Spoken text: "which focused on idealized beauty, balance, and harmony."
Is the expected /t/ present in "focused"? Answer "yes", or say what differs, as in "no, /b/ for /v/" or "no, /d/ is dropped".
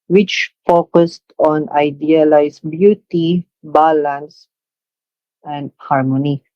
yes